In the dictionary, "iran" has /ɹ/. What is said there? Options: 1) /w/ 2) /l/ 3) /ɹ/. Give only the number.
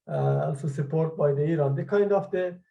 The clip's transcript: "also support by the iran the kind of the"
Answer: 3